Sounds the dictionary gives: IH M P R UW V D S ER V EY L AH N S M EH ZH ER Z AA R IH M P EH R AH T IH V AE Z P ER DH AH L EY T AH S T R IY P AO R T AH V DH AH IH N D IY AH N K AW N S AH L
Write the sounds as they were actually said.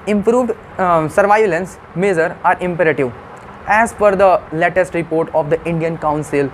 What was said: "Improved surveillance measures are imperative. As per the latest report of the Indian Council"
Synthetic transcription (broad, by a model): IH M P R UW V D S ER V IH L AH N S M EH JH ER AA R IH M P EH R AH T IH V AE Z F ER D AH L EY T AH S T R IY P AO R T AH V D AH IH N D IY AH N K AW N S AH L